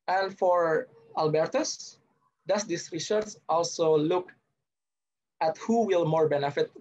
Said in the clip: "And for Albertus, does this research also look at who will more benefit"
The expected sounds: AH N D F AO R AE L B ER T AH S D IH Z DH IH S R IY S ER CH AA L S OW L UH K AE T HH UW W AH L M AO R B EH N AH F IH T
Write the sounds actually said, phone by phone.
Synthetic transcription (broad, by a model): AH N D F AO R AE L B ER T AH S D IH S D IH S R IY SH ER S AA L S OW L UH K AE T HH UW W AH L M AO R B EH N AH F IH T